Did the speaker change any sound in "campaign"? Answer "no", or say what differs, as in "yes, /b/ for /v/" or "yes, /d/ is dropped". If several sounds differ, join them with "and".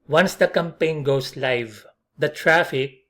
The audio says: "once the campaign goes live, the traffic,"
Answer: no